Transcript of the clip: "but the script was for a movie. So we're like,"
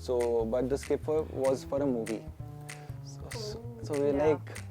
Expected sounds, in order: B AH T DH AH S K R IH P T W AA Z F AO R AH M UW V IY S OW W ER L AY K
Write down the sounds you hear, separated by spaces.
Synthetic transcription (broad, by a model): B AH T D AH S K IH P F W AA Z F AO R AH M UW V IY S OW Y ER L AY K